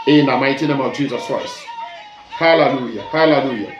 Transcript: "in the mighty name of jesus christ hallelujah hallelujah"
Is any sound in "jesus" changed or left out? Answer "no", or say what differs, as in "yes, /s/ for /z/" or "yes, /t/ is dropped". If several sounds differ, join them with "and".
no